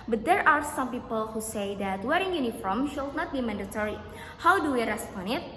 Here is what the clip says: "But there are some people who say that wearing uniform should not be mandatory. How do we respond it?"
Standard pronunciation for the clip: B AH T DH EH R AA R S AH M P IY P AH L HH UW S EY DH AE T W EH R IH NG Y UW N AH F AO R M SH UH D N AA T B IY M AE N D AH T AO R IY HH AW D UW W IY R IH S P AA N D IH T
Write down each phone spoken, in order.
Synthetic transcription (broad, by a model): B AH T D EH R AA R S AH M P IY P AH L HH UW S EY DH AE T W EH R IH NG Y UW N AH F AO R M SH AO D N AA T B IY M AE N D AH T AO R IY HH AW D UW W IY R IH S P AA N IH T